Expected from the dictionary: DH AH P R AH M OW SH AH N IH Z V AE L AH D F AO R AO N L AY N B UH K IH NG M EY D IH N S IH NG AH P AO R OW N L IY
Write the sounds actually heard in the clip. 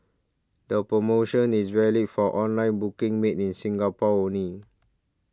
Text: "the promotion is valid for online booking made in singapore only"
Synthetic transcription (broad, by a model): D AH P R AH M OW SH AH N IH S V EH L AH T F AO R AO N L AY N B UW K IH NG M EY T IH N S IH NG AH P AO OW N IY